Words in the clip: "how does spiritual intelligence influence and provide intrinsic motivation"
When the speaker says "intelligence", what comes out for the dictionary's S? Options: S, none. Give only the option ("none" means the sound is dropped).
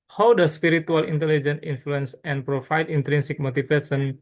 none